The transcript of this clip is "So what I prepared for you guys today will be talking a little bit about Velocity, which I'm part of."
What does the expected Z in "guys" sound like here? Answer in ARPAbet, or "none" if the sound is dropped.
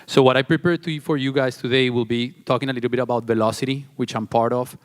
S